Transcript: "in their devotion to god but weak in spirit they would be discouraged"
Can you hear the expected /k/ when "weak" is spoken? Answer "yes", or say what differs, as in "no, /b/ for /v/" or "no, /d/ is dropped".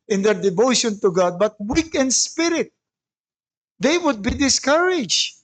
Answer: yes